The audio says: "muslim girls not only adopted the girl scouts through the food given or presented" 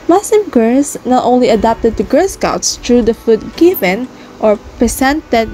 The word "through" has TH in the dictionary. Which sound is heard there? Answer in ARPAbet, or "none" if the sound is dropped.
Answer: T